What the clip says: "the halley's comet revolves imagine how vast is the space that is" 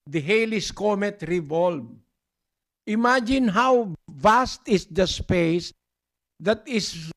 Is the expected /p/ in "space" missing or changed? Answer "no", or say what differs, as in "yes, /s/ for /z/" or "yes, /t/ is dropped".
no